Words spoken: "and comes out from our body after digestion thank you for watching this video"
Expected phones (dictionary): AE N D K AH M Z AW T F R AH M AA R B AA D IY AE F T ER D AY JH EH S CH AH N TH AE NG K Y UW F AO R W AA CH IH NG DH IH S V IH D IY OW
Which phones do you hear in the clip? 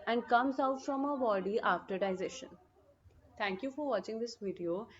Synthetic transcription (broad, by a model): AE N D K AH M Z AW T F R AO M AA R B AA D IY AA F T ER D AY Z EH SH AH N T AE NG K Y UW F AO R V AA CH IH NG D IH S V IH D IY OW